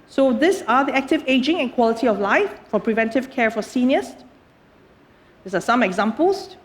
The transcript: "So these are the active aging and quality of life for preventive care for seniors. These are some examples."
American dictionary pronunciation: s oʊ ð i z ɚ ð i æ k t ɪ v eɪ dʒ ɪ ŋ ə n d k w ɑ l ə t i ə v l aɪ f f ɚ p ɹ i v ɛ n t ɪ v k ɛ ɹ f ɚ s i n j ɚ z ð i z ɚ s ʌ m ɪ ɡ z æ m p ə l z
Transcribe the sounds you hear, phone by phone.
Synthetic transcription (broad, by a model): s oʊ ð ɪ s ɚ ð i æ k t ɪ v eɪ dʒ ɪ ŋ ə n k w ɑ l ə t i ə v l aɪ f f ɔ p ɹ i v ɛ n t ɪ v k ɛ ɹ f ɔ s i n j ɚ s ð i s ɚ s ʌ m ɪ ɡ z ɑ m p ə l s